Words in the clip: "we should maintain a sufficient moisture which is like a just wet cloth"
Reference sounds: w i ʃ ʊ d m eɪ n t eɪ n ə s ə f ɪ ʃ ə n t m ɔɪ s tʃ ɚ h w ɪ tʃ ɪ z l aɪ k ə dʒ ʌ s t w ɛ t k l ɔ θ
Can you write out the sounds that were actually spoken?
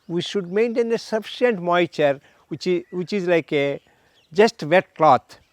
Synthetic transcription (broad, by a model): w i ʃ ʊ d m eɪ n t eɪ n ə s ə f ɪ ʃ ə n t m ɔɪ tʃ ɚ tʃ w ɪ tʃ ɪ z l aɪ k ə dʒ ʌ s t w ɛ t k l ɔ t